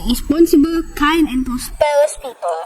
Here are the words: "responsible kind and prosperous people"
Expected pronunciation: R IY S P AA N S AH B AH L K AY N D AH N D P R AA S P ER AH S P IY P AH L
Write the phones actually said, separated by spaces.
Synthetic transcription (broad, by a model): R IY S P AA N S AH B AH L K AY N AH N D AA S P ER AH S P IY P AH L